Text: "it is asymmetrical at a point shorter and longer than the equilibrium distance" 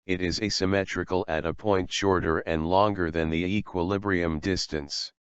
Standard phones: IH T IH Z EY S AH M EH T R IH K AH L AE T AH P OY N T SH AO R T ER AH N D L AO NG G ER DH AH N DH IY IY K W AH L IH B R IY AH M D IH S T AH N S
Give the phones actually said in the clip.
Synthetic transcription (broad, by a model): IH T IH Z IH S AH M EH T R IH K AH L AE T AH P OY N T SH AO R T ER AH N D L AO NG G ER DH AH N DH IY IY K W AH L IH B R IY AH M D IH S T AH N S